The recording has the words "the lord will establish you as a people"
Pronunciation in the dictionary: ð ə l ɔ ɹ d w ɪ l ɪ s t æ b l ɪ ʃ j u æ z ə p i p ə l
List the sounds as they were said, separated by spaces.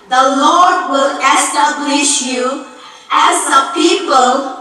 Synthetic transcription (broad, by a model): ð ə l ɔ ɹ d w ɪ l ɪ s t æ b l ɪ ʃ j u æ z ə p i p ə l